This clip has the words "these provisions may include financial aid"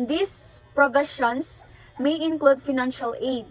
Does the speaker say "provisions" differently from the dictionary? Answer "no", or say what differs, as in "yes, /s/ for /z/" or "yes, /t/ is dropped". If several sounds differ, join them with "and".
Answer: yes, /ʃ/ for /ʒ/ and /s/ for /z/